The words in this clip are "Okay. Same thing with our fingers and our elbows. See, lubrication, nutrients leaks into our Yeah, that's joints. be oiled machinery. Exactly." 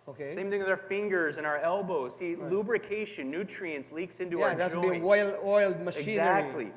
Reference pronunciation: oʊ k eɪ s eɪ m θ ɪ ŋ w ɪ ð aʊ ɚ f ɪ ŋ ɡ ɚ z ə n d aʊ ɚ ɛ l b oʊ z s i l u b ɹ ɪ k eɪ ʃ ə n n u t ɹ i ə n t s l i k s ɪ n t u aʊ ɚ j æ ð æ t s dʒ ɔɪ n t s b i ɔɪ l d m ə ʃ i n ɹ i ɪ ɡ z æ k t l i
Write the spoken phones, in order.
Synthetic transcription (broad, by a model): oʊ k eɪ s eɪ m θ ɪ ŋ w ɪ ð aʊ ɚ f ɪ ŋ ɡ ɚ z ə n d aʊ ɚ ɛ l b oʊ z s i l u b ɹ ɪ k eɪ ʃ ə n n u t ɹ i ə n s l i k s ɪ n t u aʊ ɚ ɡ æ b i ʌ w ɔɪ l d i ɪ l d m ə ʃ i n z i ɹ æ k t l i